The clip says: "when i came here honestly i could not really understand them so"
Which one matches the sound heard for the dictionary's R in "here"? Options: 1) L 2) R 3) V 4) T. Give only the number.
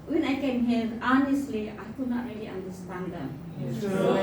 1